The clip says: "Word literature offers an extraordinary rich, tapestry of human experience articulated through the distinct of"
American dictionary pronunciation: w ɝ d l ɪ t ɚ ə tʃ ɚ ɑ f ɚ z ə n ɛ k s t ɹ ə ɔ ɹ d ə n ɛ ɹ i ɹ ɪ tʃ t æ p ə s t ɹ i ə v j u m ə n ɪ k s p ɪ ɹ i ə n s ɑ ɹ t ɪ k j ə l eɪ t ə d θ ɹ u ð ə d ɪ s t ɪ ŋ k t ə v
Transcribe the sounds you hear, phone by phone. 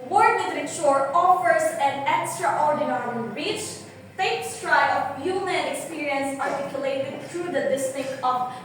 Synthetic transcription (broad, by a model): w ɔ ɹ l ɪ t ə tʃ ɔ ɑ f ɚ s ə n ɛ k s t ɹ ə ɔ ɹ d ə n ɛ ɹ i tʃ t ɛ ə s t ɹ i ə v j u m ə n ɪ k s p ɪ ɹ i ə n s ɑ ɹ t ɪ k j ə l eɪ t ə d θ ɹ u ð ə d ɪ s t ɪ k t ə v